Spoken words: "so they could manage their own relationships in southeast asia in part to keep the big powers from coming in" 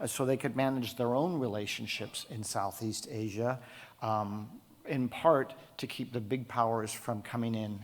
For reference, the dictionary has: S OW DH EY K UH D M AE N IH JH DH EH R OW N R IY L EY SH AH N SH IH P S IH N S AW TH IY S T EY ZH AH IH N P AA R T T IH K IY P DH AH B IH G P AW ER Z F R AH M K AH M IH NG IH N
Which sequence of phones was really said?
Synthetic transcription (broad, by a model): S OW DH EY K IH D M AE N IH JH DH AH R OW N R IY L EY SH AH N SH IH P S IH N S AW TH IY S T EY ZH AH IH N P AA R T T IH K IY P DH AH B IH G P AW ER Z F R AH M K AH M IH NG IH N